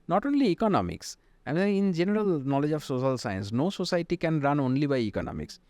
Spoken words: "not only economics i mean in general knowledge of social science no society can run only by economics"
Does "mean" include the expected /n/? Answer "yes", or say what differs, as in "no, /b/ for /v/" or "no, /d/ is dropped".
no, /n/ is dropped